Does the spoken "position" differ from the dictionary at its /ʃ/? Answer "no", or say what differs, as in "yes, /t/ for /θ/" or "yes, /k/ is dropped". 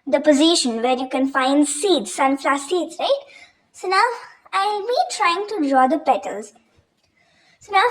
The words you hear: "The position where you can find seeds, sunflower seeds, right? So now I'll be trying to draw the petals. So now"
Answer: no